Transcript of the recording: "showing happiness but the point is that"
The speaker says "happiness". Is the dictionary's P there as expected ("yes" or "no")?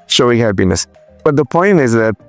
no